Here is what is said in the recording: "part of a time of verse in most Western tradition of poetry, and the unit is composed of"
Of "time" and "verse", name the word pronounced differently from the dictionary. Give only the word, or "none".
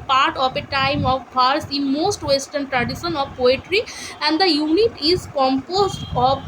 verse